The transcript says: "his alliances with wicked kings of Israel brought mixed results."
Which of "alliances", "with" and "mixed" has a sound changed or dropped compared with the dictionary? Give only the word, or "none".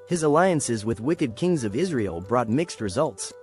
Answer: none